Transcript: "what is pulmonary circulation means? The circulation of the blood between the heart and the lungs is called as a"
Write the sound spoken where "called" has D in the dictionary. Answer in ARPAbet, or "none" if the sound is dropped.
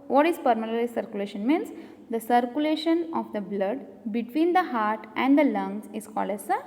D